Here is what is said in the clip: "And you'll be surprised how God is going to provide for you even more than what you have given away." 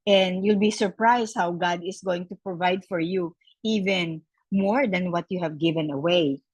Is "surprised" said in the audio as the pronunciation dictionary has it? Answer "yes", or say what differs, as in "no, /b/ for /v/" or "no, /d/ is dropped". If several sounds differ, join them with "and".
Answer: no, /s/ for /z/